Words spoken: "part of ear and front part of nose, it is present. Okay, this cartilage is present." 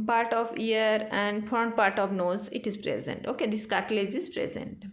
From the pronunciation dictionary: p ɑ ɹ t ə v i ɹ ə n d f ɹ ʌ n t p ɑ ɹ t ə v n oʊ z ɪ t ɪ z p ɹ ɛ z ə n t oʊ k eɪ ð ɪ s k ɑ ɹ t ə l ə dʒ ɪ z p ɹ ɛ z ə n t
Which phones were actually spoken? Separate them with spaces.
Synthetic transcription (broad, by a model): p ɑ ɹ t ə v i ɹ ə n d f ʌ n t p ɑ ɹ t ə v n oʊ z ɪ t ɪ z p ɹ ɛ z ə n t oʊ k eɪ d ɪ s k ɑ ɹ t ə l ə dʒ ɪ z p ɹ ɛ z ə n t